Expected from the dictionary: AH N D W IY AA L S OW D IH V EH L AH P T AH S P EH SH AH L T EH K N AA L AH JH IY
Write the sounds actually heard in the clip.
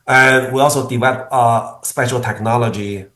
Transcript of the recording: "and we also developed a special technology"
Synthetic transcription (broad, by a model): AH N W IY AA L S OW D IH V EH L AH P AH S P EH SH AH L T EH K N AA L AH JH IY